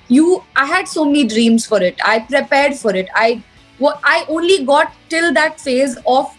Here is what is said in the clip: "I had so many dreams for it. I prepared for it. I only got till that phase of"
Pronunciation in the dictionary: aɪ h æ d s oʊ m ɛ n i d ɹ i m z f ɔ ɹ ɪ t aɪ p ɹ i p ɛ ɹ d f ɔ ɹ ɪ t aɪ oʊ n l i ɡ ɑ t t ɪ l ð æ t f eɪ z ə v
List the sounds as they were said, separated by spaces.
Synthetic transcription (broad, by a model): aɪ h æ d s oʊ m ɛ n i d ɹ i m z f ɔ ɹ ɪ t aɪ p ɹ i p ɛ ɹ d f ɔ ɹ ɪ t aɪ oʊ n l i ɡ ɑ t t ɪ l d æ t f eɪ z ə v